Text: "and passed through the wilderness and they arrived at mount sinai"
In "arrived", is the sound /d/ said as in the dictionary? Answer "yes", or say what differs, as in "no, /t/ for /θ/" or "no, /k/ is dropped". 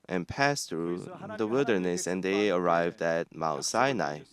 yes